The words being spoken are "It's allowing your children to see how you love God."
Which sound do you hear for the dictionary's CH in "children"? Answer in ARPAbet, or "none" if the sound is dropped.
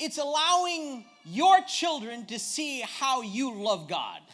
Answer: CH